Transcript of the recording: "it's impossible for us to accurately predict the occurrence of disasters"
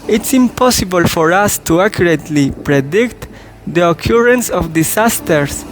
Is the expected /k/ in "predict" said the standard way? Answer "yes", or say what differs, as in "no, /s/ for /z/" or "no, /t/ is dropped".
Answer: yes